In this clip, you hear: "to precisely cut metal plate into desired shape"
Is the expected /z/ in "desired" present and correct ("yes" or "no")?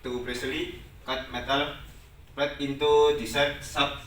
no